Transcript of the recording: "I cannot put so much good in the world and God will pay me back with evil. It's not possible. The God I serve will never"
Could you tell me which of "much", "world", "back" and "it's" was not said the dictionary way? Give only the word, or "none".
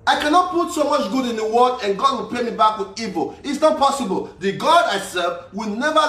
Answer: world